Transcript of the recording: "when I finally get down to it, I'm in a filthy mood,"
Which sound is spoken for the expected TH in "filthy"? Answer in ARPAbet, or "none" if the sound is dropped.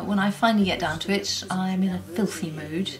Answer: TH